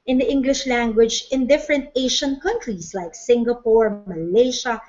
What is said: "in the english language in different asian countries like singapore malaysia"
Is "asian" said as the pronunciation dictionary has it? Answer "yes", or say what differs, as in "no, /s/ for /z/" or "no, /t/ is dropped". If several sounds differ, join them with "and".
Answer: no, /ʃ/ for /ʒ/